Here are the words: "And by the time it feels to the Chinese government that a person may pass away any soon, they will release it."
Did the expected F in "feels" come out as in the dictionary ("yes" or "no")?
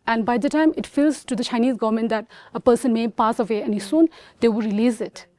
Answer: yes